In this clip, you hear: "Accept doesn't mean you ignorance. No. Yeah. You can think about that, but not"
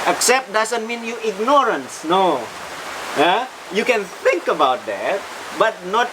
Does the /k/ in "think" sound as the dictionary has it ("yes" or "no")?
yes